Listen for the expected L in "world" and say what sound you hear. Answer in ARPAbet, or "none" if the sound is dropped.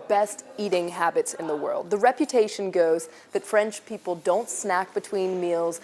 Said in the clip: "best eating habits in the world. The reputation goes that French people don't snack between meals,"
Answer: L